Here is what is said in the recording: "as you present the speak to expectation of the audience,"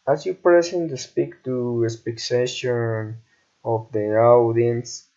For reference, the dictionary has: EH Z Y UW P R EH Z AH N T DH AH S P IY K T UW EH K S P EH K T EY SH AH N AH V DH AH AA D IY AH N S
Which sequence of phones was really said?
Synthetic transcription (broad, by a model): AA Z Y UW P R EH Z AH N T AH S P IY K T UW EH S P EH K S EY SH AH N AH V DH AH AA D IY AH N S